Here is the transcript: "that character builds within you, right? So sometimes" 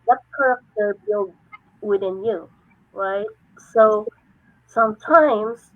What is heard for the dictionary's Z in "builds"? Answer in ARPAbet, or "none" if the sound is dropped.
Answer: none